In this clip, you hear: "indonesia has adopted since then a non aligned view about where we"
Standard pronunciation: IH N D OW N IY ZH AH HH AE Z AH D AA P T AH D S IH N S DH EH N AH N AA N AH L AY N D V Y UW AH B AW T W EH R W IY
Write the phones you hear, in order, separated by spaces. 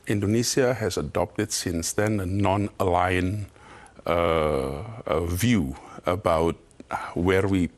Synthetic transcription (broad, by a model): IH N D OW N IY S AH HH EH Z AH D AA P T AH D S IH N S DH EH N AH N AA N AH L AY N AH V Y UW AH B AW T W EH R W IY